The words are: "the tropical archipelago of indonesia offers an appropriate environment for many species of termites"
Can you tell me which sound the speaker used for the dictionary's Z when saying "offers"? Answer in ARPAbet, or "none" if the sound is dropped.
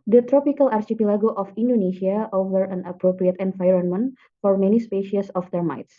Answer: none